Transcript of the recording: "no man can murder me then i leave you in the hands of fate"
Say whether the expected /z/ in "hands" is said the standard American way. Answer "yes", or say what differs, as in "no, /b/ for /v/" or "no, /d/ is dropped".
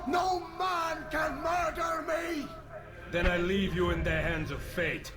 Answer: yes